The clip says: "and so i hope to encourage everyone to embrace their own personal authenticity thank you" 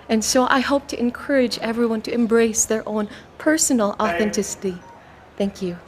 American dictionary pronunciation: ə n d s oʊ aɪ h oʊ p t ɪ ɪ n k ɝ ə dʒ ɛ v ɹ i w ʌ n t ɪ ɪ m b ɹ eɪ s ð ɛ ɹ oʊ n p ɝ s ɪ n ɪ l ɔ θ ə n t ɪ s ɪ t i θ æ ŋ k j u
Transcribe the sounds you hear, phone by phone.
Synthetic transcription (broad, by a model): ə n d s oʊ aɪ h oʊ p t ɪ ɪ n k ɝ ə dʒ ɛ v ɹ i w ʌ n t ɪ ɪ m b ɹ eɪ s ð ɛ ɹ oʊ n p ɝ s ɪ n l ɔ θ ə n t ɪ s ɪ t i θ æ ŋ k j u